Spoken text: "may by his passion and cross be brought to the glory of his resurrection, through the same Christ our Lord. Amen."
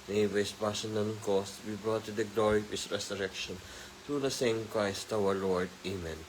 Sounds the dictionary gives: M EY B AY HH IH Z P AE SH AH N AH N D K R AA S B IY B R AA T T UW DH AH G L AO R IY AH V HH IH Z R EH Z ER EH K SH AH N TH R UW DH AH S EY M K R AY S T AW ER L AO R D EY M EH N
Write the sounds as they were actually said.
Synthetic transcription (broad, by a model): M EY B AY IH S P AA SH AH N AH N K AA S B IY B R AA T T UW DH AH G L AO R IY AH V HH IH S R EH S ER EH K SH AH N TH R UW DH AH S EY M K R AY S T AW ER L AO R D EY M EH N